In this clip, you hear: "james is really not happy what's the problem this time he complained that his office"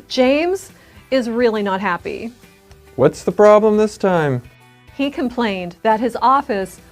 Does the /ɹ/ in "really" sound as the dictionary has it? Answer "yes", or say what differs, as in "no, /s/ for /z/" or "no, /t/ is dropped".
yes